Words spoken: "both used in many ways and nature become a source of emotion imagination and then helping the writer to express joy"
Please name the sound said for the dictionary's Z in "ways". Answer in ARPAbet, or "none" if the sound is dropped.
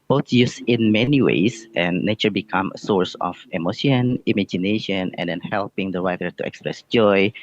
none